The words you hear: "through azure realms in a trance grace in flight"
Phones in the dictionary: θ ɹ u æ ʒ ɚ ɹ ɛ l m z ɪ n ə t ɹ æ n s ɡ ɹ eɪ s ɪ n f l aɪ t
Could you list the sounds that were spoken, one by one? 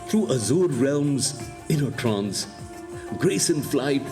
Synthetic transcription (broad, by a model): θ ɹ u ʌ z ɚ ɹ ɛ l m z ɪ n ə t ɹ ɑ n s ɡ ɹ eɪ s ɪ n f l aɪ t